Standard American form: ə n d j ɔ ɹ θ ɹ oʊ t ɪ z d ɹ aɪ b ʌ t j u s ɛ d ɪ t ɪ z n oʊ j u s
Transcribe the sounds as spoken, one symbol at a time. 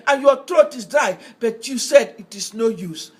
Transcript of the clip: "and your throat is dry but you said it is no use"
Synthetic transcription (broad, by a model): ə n j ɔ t ɹ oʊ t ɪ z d aɪ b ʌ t j u s ɛ d ɪ t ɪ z n oʊ j u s